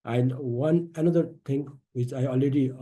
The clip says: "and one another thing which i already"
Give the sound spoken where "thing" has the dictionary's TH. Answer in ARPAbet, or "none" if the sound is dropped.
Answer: T